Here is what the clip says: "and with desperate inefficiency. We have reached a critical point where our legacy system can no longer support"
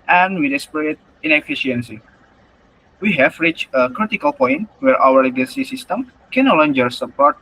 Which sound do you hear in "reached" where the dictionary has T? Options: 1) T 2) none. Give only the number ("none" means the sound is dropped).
2